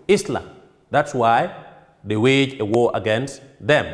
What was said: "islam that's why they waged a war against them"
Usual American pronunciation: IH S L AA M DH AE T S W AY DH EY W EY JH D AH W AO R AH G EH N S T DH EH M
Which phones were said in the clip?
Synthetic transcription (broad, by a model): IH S L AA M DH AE T S W AY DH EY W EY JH AH W AO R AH G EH N S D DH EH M